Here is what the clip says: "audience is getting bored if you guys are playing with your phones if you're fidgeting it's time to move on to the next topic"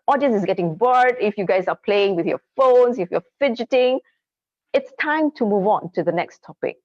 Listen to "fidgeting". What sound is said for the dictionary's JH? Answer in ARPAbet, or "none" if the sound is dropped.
JH